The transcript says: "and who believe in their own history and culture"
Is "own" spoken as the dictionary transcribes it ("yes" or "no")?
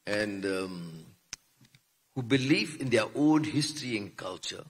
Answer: no